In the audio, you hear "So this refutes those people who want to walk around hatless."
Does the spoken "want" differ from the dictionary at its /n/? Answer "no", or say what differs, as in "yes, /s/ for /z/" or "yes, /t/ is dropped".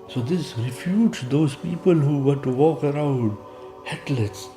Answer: yes, /n/ is dropped